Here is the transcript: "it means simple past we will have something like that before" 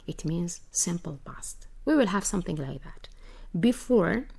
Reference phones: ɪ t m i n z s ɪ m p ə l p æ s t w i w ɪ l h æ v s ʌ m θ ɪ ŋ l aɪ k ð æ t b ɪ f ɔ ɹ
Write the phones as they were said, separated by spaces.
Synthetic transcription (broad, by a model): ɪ t m i n z s ɪ m p ə l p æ s t w i w ɪ l h æ v s ʌ m θ ɪ ŋ l aɪ k ð æ t b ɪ f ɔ ɹ